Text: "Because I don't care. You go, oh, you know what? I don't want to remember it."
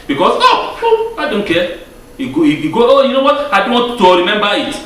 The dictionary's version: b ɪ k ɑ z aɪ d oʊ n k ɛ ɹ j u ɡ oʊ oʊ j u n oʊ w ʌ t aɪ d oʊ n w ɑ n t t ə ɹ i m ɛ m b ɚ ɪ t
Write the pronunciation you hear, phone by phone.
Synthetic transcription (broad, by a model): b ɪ k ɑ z aɪ d oʊ n k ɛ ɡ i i ɡ oʊ oʊ j u n oʊ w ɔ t aɪ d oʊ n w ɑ t t ə ɹ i m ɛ m b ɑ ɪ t